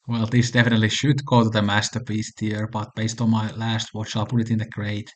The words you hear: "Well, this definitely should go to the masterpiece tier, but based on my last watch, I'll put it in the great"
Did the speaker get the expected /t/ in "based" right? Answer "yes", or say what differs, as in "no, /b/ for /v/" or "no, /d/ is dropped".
yes